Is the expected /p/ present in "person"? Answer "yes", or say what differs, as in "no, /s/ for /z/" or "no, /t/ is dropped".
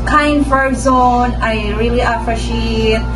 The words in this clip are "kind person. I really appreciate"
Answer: no, /f/ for /p/